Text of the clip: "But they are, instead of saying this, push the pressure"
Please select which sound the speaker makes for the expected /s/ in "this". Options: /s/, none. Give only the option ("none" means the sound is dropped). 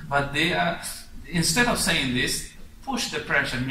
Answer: /s/